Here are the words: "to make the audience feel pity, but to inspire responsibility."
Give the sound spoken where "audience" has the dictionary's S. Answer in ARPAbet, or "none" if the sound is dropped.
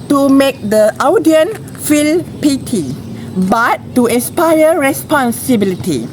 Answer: none